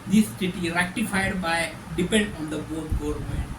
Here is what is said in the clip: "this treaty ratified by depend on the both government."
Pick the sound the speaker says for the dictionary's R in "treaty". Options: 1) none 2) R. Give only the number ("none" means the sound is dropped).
1